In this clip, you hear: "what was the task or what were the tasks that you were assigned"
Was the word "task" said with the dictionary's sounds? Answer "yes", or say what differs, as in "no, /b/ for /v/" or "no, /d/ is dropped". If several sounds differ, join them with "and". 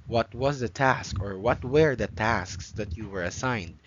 yes